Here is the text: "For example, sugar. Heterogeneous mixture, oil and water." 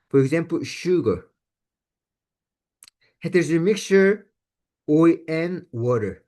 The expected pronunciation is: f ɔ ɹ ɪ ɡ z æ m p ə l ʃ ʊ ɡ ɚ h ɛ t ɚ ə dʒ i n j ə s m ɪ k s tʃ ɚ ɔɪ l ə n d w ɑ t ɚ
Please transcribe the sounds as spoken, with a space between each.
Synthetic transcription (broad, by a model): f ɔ ɹ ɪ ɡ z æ m p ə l ʃ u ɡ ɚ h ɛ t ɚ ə z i m ɪ k s tʃ ɚ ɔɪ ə n w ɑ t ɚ